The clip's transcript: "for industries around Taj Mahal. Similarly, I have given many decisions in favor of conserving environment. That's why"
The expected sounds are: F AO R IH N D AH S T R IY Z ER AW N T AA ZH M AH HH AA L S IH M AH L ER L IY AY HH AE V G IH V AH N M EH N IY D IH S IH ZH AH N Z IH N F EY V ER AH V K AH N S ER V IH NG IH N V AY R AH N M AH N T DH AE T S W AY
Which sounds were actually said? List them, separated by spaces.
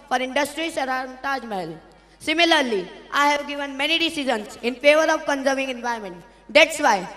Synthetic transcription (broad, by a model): F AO R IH N D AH S T R IY S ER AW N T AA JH M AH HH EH L S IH M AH L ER L IY AY HH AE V G IH V AH N M EH N IY D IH S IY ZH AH N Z IH N F EY V ER AH V K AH N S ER V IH NG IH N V AY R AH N M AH N T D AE T S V AY